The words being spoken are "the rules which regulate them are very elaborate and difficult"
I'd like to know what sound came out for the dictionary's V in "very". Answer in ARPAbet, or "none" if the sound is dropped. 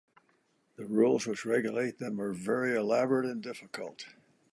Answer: V